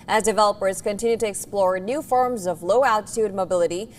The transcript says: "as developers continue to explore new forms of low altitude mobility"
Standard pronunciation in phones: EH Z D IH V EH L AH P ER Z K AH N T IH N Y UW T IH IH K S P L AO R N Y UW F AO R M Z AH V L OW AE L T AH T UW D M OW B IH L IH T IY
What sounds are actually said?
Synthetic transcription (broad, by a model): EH Z D IH V EH L AH P ER Z K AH N T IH N Y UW T IH IH K S P L AO R N Y UW F AO R M Z AH V L OW AE L T AH T UW D M OW B IH L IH T IY